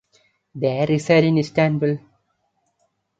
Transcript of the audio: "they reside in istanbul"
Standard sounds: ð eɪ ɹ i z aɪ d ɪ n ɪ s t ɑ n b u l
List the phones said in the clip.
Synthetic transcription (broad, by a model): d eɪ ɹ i s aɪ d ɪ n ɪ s t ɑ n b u l